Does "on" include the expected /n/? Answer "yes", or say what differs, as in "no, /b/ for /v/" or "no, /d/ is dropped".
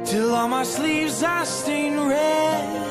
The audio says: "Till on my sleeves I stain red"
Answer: no, /l/ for /n/